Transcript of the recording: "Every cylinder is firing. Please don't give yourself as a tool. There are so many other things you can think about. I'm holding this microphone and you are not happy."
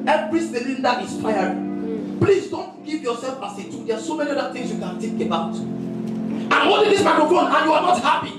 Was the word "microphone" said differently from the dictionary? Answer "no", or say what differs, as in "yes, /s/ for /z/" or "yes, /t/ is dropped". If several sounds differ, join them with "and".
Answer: yes, /ɹ/ is dropped